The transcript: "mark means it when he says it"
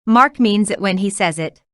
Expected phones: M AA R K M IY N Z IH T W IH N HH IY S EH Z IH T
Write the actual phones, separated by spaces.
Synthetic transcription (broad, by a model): M AA R K M IY N Z IH T W IH N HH IY S EH Z IH T